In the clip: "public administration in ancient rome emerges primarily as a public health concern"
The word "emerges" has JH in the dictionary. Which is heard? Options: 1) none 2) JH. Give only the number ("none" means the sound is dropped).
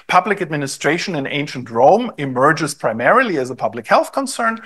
2